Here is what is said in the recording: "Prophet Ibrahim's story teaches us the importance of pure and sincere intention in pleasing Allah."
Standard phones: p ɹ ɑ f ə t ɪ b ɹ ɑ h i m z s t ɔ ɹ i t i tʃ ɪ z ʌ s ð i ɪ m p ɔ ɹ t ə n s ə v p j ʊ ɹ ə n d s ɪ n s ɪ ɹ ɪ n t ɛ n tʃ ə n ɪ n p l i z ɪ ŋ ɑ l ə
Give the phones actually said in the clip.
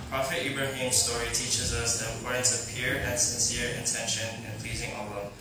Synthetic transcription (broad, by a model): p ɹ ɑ f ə t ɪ b ɹ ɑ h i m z s t ɔ ɹ i t i tʃ ɪ z ʌ s ð i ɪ m p ɔ ɹ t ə n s ə v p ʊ ɹ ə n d s ɪ n s ɪ ɹ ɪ n t ɛ n ʃ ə n ɪ n p l i z ɪ ŋ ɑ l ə